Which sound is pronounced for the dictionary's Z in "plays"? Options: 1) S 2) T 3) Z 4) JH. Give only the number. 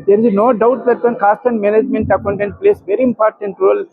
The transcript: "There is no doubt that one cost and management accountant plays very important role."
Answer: 1